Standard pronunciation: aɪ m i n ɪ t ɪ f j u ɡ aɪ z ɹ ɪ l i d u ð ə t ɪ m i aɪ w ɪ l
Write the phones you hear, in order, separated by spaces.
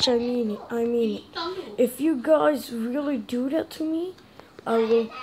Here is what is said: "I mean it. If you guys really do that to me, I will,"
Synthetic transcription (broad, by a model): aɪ m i n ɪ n ɪ f j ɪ ɡ aɪ z ɹ ɪ l i d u ð ə t ɪ m i aɪ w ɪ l